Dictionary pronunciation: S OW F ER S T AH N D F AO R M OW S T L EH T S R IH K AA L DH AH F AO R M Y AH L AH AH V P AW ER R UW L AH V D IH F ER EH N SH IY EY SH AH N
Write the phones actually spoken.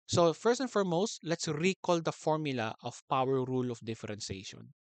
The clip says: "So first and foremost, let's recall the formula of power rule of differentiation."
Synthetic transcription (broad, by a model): S OW F ER S T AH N F AO R M OW S T L EH T S R IH K AA L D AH F AO R M Y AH L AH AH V P AW ER R UW L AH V D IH F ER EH N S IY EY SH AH N